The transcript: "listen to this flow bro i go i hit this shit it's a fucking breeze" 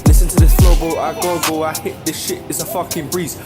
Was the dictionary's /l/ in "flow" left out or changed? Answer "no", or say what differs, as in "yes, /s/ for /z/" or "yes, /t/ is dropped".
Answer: yes, /l/ is dropped